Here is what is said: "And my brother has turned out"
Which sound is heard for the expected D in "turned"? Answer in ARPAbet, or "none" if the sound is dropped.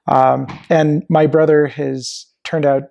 D